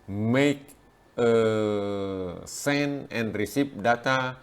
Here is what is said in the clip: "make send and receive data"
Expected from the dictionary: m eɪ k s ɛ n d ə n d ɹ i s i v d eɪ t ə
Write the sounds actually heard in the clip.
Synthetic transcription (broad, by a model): m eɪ k s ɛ n ə n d ɹ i s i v d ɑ t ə